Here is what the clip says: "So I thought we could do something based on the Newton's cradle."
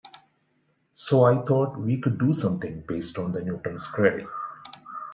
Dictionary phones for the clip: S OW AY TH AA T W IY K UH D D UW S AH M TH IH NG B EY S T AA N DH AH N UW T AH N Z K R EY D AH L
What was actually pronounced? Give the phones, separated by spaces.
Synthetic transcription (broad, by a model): S OW AY T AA T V IY K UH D D UW S AH M T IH NG B EY S T AA N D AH N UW T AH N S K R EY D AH